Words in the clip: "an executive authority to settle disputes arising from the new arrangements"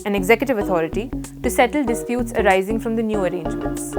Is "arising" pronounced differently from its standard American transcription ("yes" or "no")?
no